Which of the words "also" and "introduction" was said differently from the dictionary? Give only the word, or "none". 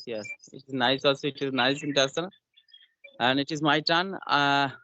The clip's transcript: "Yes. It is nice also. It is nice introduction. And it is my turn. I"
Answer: introduction